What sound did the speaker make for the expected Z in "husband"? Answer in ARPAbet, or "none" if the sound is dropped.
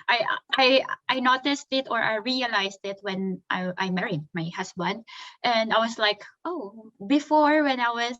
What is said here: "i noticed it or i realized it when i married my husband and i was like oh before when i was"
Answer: S